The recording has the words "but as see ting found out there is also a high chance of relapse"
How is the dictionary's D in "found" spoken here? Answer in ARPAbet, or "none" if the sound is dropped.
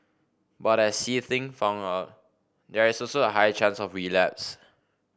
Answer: none